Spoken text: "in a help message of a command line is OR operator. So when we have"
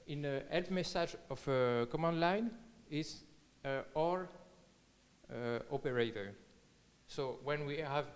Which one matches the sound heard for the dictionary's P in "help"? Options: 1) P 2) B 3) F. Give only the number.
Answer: 3